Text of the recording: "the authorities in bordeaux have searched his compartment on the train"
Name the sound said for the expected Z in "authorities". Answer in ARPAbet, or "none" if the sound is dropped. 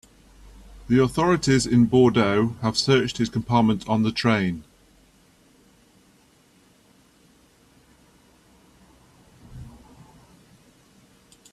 Z